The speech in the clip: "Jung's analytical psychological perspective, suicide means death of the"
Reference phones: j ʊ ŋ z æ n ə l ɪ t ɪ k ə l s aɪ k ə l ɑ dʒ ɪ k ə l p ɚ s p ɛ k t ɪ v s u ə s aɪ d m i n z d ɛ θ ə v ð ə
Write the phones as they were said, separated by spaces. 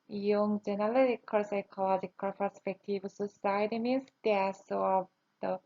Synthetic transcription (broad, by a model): j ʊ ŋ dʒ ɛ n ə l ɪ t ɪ k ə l s aɪ k ə l ɑ dʒ ɪ k ə l p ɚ s p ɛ k t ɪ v s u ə s aɪ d m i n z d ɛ s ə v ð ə